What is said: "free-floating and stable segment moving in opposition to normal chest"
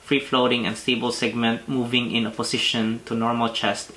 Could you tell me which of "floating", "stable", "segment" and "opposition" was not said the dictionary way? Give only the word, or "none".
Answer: opposition